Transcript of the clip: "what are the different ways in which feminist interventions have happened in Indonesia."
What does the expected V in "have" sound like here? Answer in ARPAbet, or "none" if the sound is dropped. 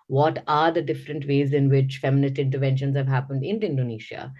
V